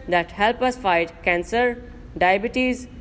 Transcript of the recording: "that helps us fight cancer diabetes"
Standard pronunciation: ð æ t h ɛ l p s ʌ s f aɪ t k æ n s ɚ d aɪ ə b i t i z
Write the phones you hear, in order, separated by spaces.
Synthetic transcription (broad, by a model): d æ t h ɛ l p ʌ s f aɪ t k æ n s ɚ d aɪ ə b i t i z